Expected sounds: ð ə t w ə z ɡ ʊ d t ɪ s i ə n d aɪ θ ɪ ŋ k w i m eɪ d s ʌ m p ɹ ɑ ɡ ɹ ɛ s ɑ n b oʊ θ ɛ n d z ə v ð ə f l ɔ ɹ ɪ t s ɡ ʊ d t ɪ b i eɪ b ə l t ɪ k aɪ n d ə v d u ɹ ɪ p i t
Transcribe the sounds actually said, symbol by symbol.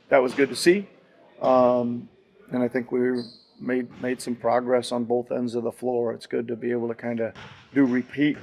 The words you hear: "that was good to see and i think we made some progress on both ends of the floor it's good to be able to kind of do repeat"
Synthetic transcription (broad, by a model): ð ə t w ə z ɡ ʊ d t ɪ s i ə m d aɪ θ ɪ ŋ k w i m eɪ d s ʌ m p ɹ ɑ ɡ ɹ ɛ s n b oʊ θ ɛ n d z ə v ð ə f l ɔ ɹ ɪ t s ɡ ʊ d t ɪ b i eɪ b l t ɪ k aɪ n d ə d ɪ ɹ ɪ p i t